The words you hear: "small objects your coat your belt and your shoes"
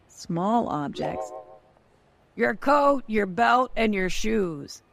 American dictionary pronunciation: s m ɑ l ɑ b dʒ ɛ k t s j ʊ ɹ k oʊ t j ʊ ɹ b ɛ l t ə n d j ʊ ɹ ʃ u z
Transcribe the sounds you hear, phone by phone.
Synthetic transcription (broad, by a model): s m ɑ l ɑ b dʒ ɛ k t s j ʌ ɹ k oʊ t j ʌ ɹ b ɛ l t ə n j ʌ ɹ ʃ u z